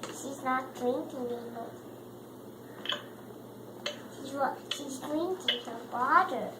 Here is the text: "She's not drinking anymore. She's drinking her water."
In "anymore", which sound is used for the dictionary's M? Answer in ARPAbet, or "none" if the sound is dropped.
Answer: none